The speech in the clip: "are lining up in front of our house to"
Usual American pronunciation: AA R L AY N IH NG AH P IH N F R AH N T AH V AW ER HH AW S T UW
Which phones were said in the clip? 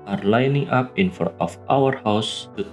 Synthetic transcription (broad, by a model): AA R L AY N IH NG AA P IH N F AO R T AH F AW ER HH AW S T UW